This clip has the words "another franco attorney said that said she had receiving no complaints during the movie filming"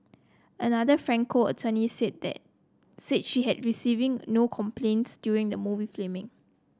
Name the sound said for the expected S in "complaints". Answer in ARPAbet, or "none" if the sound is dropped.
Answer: S